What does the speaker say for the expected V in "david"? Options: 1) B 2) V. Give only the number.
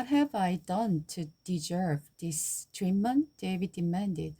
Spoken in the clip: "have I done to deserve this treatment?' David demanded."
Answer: 2